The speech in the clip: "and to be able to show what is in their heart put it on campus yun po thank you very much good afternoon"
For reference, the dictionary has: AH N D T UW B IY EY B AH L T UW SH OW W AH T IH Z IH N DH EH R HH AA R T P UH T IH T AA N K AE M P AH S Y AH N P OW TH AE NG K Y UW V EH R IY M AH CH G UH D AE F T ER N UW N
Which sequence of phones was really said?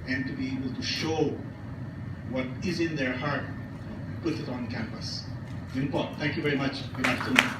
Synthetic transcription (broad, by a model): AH N T UW B IY EY B AH L T UW SH OW W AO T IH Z IH N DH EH R HH AA R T P UH T IH T AA N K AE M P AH S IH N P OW T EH NG K Y UW V EH R IY M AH CH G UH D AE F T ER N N